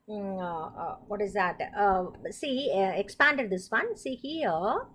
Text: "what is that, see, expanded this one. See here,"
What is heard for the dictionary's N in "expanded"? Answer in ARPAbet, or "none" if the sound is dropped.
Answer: N